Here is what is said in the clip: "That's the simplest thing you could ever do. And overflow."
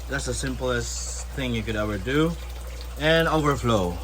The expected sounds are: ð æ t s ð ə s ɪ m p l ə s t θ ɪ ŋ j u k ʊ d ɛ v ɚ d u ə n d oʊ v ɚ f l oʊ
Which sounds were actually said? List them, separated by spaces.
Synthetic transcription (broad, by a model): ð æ t s ð ə s ɪ m p l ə s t θ ɪ ŋ j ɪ k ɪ d ɛ v ɚ d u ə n oʊ v ɚ f l oʊ